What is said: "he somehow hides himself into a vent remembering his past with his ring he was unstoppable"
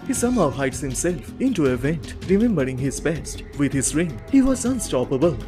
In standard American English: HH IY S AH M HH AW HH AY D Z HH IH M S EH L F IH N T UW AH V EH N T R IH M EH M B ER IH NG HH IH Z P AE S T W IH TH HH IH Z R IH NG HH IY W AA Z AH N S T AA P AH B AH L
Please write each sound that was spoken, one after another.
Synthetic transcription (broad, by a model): HH IY S AH M HH AW HH AY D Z HH IH M S EH L F IH N T UW AH V EH N T R IH M EH M B ER IH NG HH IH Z B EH S T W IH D HH IH Z R IH NG HH IY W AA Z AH N S T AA P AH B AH L